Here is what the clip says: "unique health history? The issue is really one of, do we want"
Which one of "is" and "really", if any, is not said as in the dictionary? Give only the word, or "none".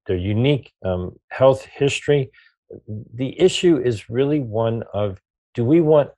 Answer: none